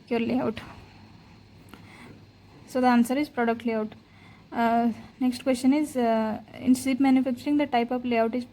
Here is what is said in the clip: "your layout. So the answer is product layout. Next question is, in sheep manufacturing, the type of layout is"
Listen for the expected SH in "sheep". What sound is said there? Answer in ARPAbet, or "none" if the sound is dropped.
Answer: S